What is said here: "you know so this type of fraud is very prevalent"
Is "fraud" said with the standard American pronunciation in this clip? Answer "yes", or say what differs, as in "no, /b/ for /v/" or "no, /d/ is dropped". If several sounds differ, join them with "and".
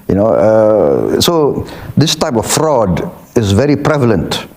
yes